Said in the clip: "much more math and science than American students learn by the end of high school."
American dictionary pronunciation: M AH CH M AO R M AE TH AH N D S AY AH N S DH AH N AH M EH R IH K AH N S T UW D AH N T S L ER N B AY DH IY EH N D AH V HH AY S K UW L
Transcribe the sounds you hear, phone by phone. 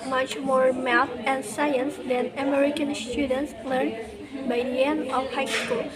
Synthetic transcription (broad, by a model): M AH CH M AO R M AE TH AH N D S AY AH N S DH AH N AH M EH R IH K AH N S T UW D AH N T S L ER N B AY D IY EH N AH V HH AY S K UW L